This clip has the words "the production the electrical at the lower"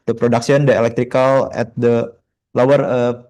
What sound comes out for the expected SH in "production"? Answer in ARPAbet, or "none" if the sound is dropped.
S